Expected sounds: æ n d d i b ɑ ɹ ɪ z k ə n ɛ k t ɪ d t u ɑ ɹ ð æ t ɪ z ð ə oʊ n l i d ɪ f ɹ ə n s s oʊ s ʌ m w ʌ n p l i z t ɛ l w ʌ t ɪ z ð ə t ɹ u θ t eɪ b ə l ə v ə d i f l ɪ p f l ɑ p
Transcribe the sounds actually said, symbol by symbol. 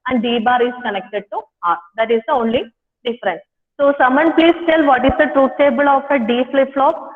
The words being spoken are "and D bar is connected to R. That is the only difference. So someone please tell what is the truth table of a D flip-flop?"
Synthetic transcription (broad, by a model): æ n d d i b ɑ ɹ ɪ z k ə n ɛ k t ɪ d t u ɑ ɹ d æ t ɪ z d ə oʊ n l i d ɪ f ɹ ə n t s oʊ s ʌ m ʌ n p l i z t ɛ l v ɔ t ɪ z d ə t ɹ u t t eɪ b ə l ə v ə d i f l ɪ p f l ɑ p